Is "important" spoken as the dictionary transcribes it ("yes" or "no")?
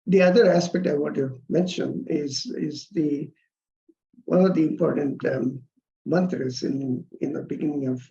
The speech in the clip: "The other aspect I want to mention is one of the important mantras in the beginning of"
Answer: yes